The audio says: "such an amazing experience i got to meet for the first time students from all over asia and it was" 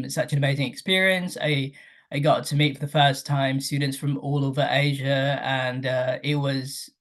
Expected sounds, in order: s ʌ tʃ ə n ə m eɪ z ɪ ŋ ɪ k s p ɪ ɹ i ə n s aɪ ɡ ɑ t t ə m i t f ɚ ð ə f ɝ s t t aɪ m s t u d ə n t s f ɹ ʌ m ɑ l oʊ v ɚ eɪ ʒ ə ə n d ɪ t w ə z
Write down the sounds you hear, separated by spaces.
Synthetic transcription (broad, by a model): s ʌ tʃ ə n ə m eɪ z ɪ ŋ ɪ k s p ɪ ɹ i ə n s aɪ ɡ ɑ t t ə m i t f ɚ ð ə f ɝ s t t aɪ m s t u d n t s f ɹ ʌ m ɑ l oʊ v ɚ eɪ ʒ ə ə n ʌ ɪ t w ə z